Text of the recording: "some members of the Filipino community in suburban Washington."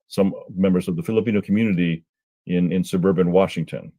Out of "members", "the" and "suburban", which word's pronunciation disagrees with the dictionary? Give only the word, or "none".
none